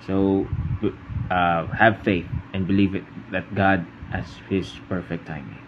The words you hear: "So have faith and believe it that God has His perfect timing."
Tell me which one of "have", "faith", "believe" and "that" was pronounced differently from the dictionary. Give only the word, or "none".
none